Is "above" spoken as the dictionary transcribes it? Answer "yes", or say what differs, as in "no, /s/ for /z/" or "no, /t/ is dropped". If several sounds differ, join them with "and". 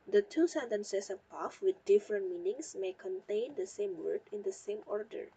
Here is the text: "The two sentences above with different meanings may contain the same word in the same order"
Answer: no, /f/ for /v/